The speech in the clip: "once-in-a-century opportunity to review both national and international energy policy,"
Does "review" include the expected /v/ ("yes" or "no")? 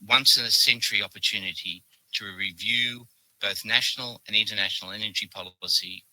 yes